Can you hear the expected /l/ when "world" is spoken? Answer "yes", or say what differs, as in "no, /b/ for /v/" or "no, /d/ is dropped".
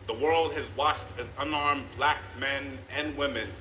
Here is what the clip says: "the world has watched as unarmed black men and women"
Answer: yes